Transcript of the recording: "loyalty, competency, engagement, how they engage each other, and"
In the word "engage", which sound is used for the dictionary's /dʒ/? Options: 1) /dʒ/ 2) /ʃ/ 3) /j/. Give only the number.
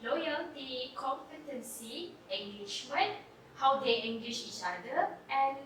2